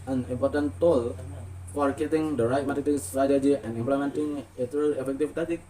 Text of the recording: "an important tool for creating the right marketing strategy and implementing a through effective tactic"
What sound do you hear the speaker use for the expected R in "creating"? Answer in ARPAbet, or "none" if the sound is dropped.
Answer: none